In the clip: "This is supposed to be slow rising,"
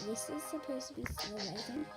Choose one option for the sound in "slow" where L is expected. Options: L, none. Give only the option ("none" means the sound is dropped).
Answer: none